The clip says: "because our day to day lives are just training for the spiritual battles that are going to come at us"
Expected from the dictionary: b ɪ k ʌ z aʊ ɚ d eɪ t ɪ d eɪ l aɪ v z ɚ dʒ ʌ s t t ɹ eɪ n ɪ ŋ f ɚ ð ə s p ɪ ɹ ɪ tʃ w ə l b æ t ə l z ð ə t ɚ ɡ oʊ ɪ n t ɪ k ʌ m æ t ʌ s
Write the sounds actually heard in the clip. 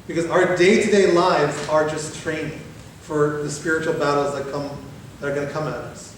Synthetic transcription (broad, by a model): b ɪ k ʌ z aʊ ɚ d eɪ t ɪ d eɪ l aɪ v z ɚ dʒ ʌ s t t ɹ eɪ n ɪ ŋ f ɚ ð ə s p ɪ ɹ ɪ tʃ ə l b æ t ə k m ð ə t ɚ ɡ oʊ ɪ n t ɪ k ʌ m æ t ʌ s